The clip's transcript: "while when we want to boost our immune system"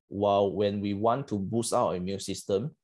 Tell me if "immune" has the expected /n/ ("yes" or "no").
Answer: no